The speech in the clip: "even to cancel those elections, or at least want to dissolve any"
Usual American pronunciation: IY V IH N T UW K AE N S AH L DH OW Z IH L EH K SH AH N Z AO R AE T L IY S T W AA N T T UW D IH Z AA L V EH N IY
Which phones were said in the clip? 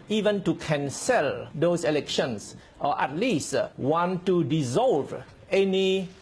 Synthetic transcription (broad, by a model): IY V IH N T UW K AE N S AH L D OW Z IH L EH K SH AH N S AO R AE T L IY S T W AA N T T UW D IH Z AA L V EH N IY